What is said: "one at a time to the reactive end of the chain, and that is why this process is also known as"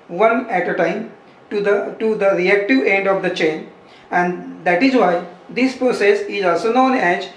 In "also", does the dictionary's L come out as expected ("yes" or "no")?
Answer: yes